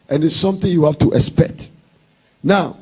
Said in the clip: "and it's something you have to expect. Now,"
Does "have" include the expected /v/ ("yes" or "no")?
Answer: no